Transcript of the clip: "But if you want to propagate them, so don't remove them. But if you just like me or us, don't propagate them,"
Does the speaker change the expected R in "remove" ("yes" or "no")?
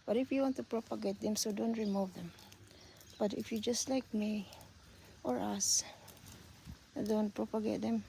no